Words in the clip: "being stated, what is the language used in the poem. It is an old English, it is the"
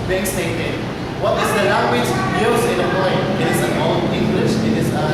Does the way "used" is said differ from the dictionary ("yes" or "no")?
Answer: yes